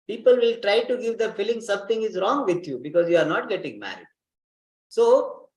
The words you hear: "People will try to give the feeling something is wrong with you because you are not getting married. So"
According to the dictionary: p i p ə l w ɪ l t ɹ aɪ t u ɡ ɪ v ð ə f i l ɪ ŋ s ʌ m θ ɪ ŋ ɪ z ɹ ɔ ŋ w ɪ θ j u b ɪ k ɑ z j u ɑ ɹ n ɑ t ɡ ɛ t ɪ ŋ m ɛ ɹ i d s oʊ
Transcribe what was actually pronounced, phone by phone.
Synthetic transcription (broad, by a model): p i p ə l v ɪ l t ɹ aɪ t u ɡ ɪ v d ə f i l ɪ ŋ s ʌ m t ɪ ŋ ɪ z ɹ ɔ ŋ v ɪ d j u b ɪ k ɑ z j u ɑ ɹ n ɑ t ɡ ɛ t ɪ ŋ m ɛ ɹ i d s oʊ